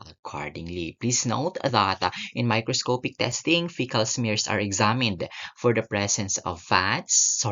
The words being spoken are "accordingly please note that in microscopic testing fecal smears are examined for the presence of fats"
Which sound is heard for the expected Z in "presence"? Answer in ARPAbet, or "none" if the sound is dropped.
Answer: S